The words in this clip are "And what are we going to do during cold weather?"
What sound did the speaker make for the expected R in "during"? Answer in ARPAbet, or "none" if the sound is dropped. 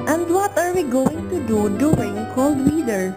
none